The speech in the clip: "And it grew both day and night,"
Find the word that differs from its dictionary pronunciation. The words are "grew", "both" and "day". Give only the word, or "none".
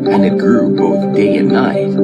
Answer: none